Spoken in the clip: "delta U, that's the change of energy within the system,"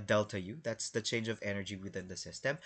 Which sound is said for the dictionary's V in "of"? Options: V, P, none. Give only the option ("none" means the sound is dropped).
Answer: V